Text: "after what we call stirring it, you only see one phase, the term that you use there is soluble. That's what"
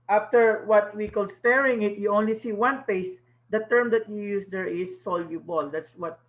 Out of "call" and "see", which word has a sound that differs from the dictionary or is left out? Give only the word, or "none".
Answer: none